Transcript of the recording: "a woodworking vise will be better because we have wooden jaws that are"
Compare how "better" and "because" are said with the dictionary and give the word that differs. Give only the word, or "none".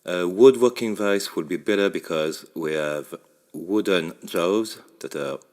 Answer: none